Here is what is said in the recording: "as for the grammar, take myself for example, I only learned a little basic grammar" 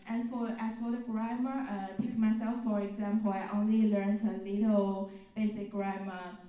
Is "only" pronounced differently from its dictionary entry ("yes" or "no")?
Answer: no